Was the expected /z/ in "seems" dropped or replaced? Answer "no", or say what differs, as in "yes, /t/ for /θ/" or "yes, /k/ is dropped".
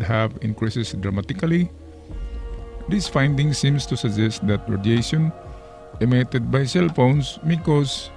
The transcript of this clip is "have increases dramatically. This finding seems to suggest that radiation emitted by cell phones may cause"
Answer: yes, /s/ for /z/